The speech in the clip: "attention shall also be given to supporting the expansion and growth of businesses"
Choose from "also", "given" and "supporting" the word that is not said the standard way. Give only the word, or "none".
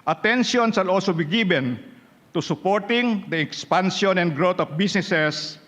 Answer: given